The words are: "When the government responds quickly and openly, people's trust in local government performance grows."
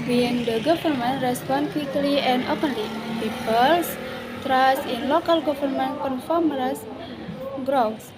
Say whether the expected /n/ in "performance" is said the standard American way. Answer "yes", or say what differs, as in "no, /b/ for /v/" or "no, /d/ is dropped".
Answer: no, /n/ is dropped